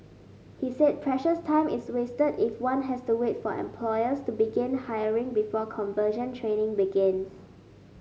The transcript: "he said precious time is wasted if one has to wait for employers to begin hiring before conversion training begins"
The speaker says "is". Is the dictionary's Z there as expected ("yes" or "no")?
no